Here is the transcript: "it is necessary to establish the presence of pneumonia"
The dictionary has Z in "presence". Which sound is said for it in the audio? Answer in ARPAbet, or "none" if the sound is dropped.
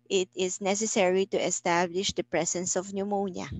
S